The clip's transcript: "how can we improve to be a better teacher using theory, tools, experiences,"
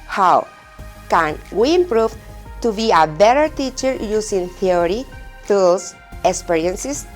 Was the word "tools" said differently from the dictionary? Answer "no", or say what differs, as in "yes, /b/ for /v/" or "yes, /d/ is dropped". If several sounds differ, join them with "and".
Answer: yes, /s/ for /z/